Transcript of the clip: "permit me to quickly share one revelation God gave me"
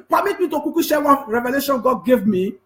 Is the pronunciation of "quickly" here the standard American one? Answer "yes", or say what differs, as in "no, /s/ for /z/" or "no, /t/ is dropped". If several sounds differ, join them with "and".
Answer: no, /l/ is dropped